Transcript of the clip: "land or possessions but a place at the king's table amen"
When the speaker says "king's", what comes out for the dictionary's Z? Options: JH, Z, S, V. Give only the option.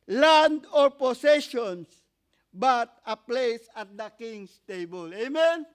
S